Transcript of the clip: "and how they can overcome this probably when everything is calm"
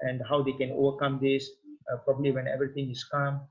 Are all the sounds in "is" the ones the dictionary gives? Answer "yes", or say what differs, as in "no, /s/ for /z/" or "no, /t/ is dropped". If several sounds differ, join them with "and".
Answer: no, /s/ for /z/